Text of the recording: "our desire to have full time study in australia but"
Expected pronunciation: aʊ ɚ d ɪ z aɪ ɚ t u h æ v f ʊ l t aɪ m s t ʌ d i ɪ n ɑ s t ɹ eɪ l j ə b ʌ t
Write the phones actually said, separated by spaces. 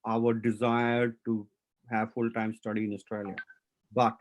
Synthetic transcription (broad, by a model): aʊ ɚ d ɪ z aɪ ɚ t u h æ v f ʊ l t aɪ m s t ʌ d i ɪ n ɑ s t ɹ eɪ l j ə b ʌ t